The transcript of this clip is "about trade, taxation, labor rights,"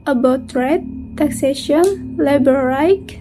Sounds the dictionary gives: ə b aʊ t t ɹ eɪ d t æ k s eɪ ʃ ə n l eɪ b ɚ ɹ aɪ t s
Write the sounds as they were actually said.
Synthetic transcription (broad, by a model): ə b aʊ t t ɹ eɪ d t æ k s eɪ ʃ ə n l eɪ b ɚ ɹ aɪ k